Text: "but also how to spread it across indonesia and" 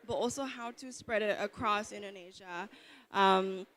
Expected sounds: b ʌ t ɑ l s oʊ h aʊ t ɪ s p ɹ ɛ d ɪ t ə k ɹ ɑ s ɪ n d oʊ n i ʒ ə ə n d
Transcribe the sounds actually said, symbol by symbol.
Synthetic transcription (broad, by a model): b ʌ t ɑ l s oʊ h aʊ t ɪ s p ɹ ɛ d ɪ t ə k ɹ ɑ s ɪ n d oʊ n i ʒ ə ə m